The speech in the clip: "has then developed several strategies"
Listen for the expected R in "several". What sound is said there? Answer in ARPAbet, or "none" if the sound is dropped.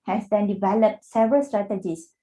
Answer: none